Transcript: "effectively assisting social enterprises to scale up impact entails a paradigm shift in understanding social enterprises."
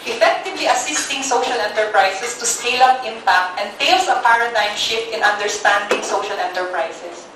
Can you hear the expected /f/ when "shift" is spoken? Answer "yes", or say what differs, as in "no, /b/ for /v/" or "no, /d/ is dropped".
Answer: yes